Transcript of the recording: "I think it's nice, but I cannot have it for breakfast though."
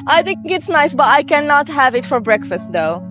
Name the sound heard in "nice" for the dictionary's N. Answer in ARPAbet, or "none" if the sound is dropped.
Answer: N